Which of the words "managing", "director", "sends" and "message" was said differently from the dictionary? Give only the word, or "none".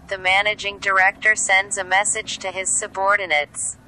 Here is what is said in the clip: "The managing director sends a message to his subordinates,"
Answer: none